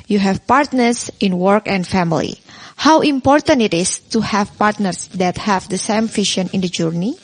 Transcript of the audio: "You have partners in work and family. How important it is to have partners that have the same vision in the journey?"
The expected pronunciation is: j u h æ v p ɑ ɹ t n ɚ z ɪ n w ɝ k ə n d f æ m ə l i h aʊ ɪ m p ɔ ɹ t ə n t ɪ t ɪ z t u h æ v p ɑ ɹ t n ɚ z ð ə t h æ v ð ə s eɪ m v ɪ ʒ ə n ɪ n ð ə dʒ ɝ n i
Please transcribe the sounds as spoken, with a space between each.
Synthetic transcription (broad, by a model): j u h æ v p ɑ ɹ t n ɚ s ɪ n w ɝ k ə n d f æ m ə l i h aʊ ɪ m p ɔ ɹ t ə n t ɪ t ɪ s t u h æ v p ɑ ɹ t n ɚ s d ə t h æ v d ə s eɪ m f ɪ ʃ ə n ɪ n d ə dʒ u n i